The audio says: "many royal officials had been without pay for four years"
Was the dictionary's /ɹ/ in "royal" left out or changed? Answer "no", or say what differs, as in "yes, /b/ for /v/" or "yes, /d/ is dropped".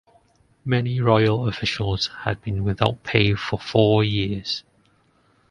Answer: no